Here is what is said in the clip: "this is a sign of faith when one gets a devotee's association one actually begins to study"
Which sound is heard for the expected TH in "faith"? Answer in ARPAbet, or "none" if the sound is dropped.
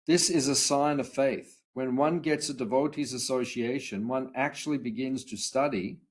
TH